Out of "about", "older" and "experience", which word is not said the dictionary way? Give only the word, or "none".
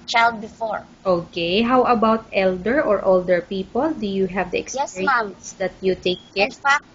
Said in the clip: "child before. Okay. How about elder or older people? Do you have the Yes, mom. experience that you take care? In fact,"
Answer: experience